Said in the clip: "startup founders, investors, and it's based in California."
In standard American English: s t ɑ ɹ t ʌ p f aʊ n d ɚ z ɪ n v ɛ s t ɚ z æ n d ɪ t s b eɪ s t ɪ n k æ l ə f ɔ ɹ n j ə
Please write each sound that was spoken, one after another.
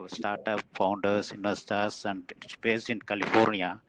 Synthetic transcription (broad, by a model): s t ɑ ɹ t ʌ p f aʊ n d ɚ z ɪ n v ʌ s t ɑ s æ n d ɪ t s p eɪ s ɪ n k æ l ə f ɔ ɹ n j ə